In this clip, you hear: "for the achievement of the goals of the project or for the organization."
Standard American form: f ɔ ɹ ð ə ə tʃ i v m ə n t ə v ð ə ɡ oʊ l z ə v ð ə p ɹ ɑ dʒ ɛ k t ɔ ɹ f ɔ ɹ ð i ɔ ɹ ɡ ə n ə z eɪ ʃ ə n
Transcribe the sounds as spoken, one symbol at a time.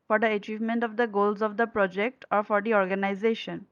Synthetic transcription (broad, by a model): f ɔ ɹ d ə ə tʃ i v m ə n t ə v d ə ɡ oʊ l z ə v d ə p ɹ ɑ dʒ ɛ k t ɔ ɹ f ɔ ɹ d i ɔ ɹ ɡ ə n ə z eɪ ʃ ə n